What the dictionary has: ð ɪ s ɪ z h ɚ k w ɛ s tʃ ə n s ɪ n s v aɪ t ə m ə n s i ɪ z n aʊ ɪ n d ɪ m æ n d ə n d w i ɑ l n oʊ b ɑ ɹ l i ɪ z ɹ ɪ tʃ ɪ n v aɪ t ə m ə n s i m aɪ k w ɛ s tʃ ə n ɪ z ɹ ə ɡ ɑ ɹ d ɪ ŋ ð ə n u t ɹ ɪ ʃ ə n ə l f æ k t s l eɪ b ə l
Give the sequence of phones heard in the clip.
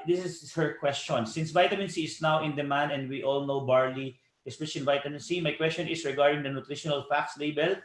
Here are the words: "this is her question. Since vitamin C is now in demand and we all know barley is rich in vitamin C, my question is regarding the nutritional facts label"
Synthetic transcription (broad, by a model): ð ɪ s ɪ s h ɚ k w ɛ s tʃ ə n s ɪ n s v aɪ t ə m ə n s i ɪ s n aʊ ɪ n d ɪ m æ n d ə n d w i ɑ l n oʊ b ɑ ɹ l i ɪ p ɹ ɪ s ɪ n v aɪ t ə m ə n s i m aɪ k w ɛ s tʃ ə n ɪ s ɹ ə ɡ ɑ ɹ d ɪ ŋ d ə n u t ɹ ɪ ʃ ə n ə l f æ k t s l eɪ b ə l